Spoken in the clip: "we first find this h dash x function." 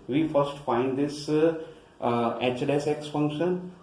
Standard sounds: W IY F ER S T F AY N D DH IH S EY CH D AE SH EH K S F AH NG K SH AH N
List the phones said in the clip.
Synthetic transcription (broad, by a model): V IY F ER S T F AY N D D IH S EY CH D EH S EH K S F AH NG K SH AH N